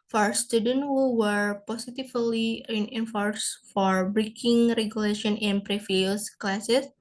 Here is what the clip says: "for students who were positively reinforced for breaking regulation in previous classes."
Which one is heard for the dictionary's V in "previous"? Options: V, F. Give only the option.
F